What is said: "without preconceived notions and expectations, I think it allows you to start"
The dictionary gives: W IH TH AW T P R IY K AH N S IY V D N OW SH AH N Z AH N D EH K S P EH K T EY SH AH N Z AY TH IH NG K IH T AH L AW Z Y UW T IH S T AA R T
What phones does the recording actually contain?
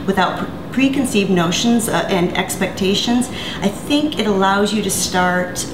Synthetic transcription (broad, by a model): W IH TH AW T P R IY K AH N S IY V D N OW SH AH N Z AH N EH K S P EH K T EY SH AH N Z AY TH IH NG K IH T AH L AW Z Y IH T IH S T AA R T